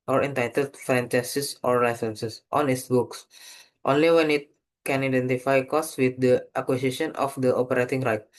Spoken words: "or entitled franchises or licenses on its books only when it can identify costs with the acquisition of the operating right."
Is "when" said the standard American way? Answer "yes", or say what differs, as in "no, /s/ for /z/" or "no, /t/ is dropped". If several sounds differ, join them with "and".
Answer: yes